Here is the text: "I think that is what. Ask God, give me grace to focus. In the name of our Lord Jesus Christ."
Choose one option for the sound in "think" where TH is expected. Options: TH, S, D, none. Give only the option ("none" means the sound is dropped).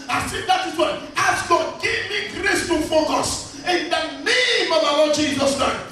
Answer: S